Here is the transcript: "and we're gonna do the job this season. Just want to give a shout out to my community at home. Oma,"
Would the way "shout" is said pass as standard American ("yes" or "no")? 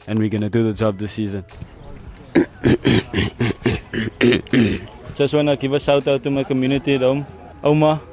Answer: no